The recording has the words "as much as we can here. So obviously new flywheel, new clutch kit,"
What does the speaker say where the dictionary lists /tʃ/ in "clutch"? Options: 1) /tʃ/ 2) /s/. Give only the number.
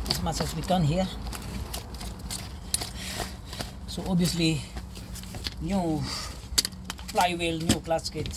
2